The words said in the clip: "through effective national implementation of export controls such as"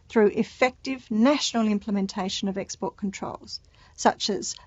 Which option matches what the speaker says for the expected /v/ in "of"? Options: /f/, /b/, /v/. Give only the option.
/v/